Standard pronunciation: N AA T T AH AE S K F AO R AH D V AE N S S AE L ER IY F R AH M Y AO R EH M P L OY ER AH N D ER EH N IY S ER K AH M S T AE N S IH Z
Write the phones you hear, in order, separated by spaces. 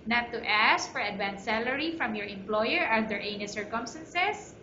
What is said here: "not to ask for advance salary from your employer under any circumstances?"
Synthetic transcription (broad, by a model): N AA T T AH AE S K F AO R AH D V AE N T S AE L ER IY F R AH M Y AO R EH M P L OY ER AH D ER EH N IY S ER K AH M S T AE N S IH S